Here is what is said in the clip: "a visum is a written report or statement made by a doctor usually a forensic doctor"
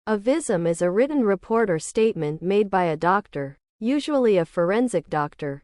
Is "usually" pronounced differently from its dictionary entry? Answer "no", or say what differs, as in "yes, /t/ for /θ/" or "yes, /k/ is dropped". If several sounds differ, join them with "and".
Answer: no